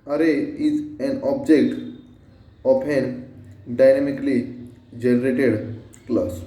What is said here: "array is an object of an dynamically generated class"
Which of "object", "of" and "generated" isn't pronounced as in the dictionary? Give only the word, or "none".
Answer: of